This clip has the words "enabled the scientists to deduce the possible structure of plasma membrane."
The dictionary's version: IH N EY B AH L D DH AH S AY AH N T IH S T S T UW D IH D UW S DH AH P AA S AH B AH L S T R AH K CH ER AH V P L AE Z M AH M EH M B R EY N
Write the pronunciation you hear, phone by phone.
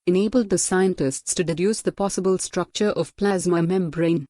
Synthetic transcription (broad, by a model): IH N EY B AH L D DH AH S AY AH N T IH S T S T UW D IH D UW S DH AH P AA S AH B AH L S T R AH K CH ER AH V P L AE Z M AH M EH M B R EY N